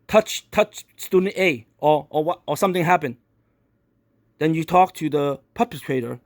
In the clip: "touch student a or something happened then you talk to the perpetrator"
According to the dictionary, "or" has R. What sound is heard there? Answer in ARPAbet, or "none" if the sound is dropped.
W